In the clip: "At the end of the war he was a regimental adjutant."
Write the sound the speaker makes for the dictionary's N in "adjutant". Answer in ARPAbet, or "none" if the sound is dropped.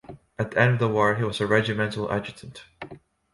N